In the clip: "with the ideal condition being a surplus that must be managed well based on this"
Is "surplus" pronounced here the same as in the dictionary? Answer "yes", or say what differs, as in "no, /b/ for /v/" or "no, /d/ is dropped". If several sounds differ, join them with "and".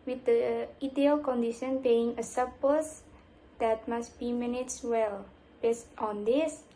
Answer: no, /l/ is dropped